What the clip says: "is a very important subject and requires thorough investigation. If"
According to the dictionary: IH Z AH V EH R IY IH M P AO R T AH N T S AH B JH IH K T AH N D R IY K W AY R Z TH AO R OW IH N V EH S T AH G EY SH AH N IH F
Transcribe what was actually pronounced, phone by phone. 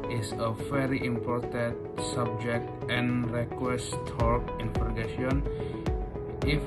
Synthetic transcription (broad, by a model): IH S AH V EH R IY IH M P AO R T AH N T S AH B JH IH K T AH N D R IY K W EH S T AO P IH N F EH T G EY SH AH N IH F